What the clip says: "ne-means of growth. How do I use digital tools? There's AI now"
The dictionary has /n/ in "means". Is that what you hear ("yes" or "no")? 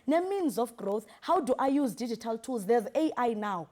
yes